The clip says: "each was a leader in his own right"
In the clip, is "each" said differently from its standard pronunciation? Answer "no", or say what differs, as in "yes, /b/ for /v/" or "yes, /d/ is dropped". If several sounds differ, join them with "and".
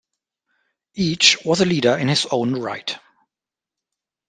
no